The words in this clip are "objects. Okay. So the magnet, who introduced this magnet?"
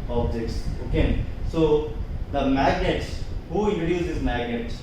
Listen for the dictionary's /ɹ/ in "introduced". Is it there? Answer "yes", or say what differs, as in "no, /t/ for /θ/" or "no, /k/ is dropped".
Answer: no, /ɹ/ is dropped